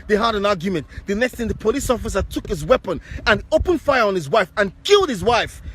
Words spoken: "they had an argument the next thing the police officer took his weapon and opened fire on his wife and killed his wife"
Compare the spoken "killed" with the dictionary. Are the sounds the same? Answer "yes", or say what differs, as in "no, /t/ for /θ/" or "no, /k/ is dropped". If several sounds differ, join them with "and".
yes